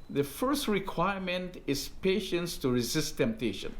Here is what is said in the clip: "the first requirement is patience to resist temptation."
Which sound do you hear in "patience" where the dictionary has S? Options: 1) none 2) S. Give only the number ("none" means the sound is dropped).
2